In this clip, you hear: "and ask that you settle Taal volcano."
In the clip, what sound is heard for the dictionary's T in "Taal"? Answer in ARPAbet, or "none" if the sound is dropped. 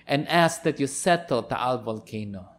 T